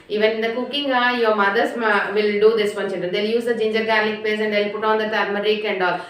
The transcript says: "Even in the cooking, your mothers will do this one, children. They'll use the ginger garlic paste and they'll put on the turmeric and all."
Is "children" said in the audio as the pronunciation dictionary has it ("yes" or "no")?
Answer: no